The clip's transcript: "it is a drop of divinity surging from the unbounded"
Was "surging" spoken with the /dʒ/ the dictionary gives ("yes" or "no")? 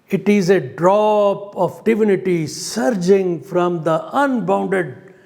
yes